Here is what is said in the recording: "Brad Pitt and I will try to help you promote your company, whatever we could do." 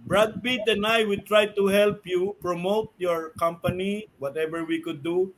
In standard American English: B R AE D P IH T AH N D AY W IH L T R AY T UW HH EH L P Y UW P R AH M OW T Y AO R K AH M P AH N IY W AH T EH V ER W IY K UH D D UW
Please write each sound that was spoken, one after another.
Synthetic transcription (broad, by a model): B R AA D B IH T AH N AY W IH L T R AY T UW HH EH L P Y UW P R AH M OW T Y AO R K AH M P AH N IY W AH T EH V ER W IY K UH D D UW